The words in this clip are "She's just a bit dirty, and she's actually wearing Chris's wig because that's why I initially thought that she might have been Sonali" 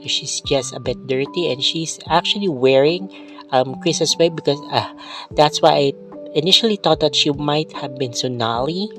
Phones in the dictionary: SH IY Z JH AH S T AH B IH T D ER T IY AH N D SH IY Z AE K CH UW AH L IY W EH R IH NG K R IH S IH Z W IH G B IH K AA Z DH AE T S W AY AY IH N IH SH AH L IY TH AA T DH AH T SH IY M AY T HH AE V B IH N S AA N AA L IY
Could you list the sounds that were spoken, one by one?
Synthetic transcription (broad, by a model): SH IY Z JH AH S T AH B IH T D ER T IY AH N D SH IY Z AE K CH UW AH L IY W EH R IH NG K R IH S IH S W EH B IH K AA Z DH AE T S W AY AY IH N IH SH AH L IY T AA T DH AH T SH IY M AY T HH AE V B IH N S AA N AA L IY